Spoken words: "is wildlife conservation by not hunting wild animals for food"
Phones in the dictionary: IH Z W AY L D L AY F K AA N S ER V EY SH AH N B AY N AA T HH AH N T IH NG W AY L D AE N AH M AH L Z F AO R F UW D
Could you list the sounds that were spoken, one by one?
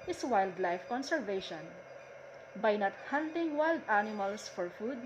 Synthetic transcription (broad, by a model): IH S W AY L D L AY F K AA N S ER V EY SH AH N B AY N AA T HH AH N T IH NG W AY L D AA N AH M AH L S F AO R F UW D